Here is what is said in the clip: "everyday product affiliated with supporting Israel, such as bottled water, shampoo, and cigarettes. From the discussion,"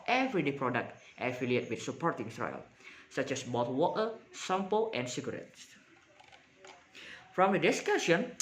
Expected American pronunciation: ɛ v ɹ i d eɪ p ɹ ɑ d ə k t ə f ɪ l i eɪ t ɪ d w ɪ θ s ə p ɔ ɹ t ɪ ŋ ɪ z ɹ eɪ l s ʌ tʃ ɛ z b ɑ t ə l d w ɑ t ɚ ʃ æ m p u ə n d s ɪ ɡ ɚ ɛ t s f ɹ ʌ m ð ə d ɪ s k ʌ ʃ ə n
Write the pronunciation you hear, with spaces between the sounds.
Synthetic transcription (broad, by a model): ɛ v ɹ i d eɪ p ɹ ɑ d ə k t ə f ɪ l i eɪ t w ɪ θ s ə p ɔ ɹ t ɪ ŋ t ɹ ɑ l s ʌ tʃ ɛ s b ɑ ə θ w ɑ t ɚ s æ m p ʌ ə n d s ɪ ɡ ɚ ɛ t s f ɹ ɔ m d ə d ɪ s k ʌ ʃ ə n